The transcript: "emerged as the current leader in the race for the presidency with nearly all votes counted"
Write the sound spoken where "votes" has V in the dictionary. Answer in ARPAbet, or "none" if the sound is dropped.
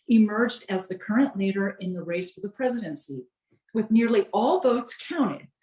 V